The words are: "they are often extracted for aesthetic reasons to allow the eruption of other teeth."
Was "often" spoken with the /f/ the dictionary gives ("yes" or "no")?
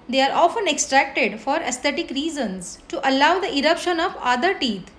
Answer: yes